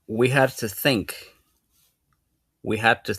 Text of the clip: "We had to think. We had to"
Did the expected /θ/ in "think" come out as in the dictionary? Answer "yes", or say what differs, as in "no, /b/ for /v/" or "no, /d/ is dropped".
yes